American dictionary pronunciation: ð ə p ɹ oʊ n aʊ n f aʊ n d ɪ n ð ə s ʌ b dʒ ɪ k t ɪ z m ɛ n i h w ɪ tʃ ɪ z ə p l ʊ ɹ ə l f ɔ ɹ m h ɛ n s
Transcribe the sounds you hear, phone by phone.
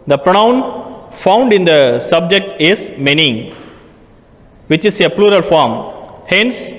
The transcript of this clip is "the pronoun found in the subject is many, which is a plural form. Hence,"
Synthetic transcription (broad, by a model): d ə p ɹ oʊ n aʊ n f aʊ n d ɪ n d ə s ʌ b dʒ ɪ k t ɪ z m ɛ n i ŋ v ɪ tʃ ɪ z ə p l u ɹ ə l f ɔ ɹ m h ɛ n s